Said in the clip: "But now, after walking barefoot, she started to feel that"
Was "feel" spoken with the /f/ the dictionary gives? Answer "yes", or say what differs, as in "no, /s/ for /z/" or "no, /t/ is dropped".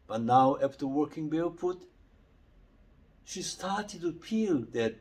no, /p/ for /f/